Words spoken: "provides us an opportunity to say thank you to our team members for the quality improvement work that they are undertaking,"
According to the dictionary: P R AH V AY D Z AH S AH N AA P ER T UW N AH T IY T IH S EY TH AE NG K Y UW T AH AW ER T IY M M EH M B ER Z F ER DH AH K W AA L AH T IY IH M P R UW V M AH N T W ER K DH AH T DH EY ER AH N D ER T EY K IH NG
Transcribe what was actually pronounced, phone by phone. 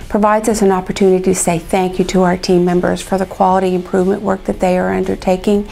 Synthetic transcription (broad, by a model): P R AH V AY D Z AH S AH N AA P ER T UW N AH T IY T IH S EY TH AE NG K Y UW T AH AW ER T IY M M EH M B ER Z F ER DH AH K W AA L AH T IY IH M P R UW V M AH N T W ER K DH AH T DH EY ER AH N D ER T EY K IH NG